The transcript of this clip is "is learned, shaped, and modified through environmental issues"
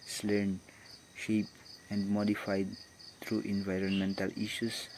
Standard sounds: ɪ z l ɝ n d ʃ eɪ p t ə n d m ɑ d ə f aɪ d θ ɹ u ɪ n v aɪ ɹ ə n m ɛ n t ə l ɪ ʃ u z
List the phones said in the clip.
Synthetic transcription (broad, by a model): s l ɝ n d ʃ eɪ p ə n d m ɑ d ə f aɪ d t ɹ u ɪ n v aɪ ɹ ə n m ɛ n t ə l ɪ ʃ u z